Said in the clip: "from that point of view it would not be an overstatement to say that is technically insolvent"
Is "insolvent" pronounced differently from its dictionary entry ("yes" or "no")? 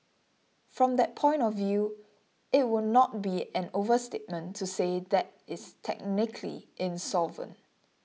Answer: yes